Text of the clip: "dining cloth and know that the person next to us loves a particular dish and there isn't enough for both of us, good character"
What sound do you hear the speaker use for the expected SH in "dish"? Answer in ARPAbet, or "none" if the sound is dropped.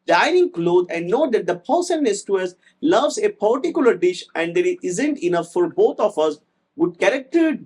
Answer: SH